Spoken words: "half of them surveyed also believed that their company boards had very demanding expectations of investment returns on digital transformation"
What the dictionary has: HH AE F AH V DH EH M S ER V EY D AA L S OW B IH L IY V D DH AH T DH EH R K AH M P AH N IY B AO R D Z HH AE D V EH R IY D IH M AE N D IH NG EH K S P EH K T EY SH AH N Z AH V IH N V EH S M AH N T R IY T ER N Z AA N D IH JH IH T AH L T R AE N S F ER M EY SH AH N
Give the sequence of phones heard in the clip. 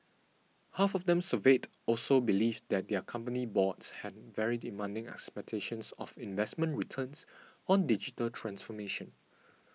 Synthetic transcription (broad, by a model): HH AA F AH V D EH M S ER V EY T AA L S OW B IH L IY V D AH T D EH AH K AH M P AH N IY B AO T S HH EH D V EH R IY D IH M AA N D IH NG EH K S P EH K T EY SH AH N S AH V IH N V EH S M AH N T R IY T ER N S AA N D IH JH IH T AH L T R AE N S F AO M EY SH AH N